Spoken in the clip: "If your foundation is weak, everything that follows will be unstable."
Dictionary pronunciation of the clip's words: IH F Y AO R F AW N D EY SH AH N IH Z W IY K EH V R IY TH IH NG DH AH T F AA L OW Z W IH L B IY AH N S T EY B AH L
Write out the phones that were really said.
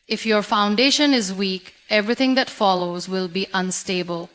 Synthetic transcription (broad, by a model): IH F Y AO R F AW N D EY SH AH N IH Z W IY K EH V R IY T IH NG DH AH T F AA L OW Z W IH L B IY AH N S T EY B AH L